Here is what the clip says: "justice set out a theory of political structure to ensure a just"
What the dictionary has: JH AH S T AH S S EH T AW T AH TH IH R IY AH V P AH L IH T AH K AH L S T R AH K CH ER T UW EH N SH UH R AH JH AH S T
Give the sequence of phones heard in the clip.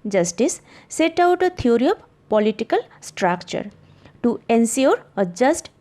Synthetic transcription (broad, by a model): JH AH S T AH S S EH T AW T AH T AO R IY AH P P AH L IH T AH K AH L S T R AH K CH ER T UW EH N S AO R AH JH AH S T